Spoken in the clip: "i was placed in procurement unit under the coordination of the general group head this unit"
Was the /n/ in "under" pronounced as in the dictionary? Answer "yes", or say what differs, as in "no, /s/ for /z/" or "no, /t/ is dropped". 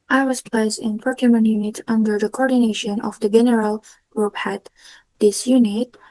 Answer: yes